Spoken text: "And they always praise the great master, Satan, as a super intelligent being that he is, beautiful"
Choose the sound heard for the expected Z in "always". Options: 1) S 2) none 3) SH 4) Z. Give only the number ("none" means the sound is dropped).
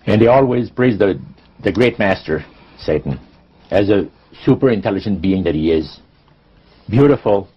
4